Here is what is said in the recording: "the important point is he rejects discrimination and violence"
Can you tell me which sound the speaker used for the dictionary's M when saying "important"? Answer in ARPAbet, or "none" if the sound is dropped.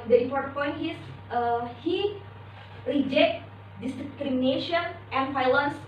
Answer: none